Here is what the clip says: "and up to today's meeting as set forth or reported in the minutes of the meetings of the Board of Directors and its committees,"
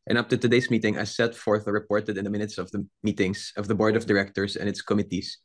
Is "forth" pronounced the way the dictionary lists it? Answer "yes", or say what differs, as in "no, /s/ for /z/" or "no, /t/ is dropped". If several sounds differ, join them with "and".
yes